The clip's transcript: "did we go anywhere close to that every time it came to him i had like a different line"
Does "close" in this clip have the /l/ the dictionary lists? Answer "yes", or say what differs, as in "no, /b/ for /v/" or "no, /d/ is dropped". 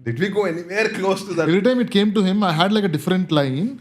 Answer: no, /l/ is dropped